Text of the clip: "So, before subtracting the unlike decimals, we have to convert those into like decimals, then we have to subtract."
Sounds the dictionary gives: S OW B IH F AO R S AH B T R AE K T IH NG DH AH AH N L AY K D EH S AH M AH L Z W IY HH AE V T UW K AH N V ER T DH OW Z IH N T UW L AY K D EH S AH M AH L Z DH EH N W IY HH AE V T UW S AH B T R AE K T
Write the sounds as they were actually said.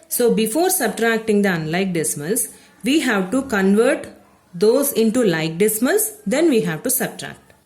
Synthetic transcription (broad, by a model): S OW B IH F AO R S AH B T R AE K T IH NG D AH AH N L AY K D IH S M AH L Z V IY HH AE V T UW K AH N V ER T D OW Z IH N T UW L AY K D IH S M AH L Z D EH N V IY HH AE V T UW S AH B T R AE K T